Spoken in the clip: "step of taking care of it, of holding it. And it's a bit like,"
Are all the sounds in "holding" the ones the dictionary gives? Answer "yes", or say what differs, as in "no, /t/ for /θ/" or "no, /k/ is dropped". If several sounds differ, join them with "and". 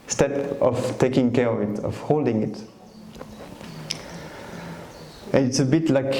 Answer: yes